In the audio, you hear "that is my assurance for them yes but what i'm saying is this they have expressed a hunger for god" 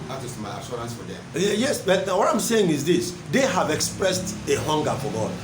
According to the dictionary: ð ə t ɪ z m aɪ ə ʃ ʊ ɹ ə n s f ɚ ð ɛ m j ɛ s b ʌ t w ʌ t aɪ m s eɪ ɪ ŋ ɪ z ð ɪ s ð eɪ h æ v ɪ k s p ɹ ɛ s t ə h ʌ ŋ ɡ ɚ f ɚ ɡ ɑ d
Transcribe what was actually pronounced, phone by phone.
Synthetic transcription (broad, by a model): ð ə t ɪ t m aɪ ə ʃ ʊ ɹ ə n s f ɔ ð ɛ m j ɛ s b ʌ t w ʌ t aɪ m s eɪ ɪ ŋ ɪ z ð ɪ s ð eɪ h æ v ɪ k s p ɹ ɛ s t ə h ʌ ŋ ɡ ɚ f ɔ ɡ ɑ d